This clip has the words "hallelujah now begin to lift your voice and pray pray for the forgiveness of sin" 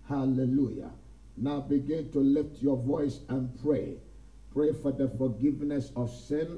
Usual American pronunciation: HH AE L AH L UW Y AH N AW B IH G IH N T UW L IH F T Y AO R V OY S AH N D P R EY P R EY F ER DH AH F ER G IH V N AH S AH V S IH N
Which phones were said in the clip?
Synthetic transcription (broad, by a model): HH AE L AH L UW Y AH N AW B IH G IH N T UW L IH F T Y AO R V OY S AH N P R EY P R EY F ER DH AH F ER G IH V N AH S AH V S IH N